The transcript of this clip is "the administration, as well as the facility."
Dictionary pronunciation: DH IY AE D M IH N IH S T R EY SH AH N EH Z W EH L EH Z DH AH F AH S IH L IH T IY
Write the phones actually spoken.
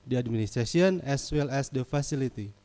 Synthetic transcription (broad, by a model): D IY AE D M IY N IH S T R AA S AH N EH S W EH L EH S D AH F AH S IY L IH T IY